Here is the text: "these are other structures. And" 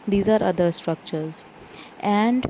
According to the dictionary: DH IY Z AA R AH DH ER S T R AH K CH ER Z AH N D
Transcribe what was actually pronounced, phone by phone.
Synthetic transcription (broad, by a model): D IY Z AA R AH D ER S T R AH K CH ER Z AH N D